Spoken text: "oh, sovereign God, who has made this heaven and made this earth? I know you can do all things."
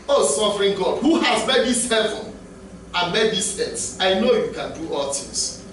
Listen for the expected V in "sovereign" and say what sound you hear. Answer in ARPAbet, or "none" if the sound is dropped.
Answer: F